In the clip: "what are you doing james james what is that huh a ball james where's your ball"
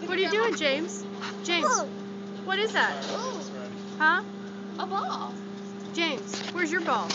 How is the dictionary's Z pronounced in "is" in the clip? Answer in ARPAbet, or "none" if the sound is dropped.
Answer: Z